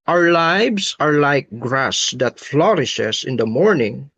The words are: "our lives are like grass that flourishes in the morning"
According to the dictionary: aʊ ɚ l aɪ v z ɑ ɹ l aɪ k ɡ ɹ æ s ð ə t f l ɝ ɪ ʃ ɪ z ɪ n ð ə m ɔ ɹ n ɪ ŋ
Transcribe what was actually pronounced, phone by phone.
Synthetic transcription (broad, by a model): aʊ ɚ l aɪ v s ɑ ɹ l aɪ k ɡ ɹ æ s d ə t f l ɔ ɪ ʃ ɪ s ɪ n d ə m ɔ ɹ n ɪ ŋ